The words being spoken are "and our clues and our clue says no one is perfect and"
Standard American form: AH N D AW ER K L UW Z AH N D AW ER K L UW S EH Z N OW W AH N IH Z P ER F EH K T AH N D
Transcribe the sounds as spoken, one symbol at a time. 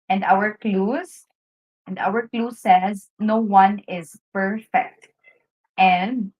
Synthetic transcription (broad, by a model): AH N D AW ER K L UW Z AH N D AW ER K L UW S EH Z N OW W AH N IH Z P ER F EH K T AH N D